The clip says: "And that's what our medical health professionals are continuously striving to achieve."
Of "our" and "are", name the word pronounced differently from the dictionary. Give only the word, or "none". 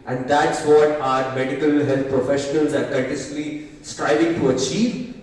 none